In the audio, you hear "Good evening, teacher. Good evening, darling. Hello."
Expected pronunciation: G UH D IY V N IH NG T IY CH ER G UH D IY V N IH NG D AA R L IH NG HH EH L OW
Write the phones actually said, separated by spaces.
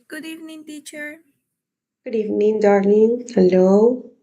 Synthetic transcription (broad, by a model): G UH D IY V N IH NG T IY CH ER G UH D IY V N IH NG D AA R N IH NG HH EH L OW